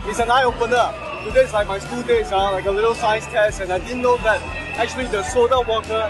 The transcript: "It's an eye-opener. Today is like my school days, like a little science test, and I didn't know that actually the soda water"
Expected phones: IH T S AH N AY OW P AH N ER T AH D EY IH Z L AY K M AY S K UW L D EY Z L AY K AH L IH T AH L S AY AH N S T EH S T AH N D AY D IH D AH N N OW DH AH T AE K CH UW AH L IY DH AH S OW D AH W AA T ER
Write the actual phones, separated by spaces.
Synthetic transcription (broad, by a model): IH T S AH N AY OW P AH N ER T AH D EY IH S L AY K M AY S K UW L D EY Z L AY K AH L IH T AH L S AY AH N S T EH S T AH N AY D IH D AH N N OW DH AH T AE K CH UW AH L IY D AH S OW D AH W AA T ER